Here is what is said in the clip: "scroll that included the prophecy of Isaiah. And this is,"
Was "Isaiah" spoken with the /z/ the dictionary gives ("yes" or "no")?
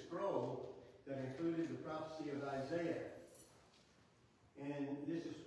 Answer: yes